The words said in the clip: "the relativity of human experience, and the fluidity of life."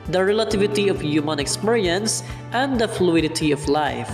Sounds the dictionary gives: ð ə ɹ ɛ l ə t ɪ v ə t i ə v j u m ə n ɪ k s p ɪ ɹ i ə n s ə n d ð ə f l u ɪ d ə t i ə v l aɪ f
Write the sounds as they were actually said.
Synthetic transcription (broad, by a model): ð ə ɹ ɛ l ə t ɪ v ə t i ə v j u m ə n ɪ k s p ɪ ɹ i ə n s ə n d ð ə f l u ɪ d ə t i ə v l aɪ f